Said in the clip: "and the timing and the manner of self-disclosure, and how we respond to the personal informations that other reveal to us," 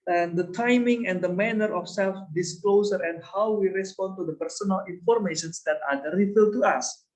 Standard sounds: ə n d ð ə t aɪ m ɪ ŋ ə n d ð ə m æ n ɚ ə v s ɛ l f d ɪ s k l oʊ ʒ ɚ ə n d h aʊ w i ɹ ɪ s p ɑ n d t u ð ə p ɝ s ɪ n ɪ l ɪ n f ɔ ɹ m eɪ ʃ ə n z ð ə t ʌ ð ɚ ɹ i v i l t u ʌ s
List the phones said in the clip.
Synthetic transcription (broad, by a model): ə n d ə t aɪ m ɪ ŋ ə n d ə m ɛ n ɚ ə f s ɛ l f d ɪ s k l oʊ s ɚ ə n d h aʊ w i ɹ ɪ s p ɑ n t u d ə p ɝ s ɪ n ɪ l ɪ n f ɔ ɹ m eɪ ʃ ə n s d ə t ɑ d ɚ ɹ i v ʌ t u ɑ s